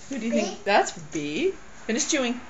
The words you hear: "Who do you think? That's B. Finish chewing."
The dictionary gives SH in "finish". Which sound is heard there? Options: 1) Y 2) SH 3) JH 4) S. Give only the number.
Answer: 4